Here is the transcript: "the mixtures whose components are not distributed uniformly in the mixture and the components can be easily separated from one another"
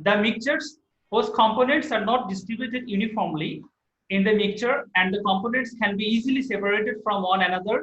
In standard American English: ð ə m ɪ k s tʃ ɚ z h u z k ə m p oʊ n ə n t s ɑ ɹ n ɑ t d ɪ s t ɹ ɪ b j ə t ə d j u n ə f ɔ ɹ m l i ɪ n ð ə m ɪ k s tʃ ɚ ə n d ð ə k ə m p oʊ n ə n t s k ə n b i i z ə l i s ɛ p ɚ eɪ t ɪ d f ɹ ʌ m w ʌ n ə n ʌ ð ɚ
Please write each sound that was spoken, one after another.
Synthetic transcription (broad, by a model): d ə m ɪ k tʃ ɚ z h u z k ə m p oʊ n ə n t s ɑ ɹ n ɑ t d ɪ s t ɹ ɪ b j ə t ə d j u n ə f ɔ ɹ m l i ɪ n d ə m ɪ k tʃ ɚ ə n d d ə k ə m p oʊ n ə n t s k ə n b i i z ə l i s ɛ p ɚ eɪ t ɪ d f ɹ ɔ m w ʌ n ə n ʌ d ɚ